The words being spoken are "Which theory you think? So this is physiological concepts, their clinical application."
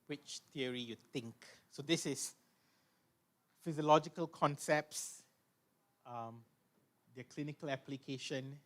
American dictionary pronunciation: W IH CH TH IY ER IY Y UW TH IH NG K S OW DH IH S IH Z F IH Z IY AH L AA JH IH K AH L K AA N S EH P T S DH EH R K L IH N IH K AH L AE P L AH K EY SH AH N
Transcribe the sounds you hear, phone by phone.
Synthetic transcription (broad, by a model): W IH CH T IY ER IY Y UW T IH NG K S OW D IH S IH S F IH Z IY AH L AA JH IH K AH L K AA N S EH P T S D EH K L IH N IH K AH L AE P L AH K EY SH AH N